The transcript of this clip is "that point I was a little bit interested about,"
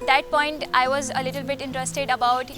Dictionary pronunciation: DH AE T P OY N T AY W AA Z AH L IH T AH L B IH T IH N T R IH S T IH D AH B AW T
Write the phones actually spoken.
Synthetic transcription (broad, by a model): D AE T P OY N T AY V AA Z AH L IH T AH L B IH T IH N T R IH S T IH D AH B AW T